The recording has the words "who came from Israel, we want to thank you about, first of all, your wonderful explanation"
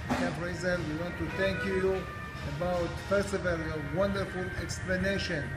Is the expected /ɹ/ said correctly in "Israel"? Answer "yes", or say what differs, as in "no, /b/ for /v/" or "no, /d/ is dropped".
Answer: no, /ɹ/ is dropped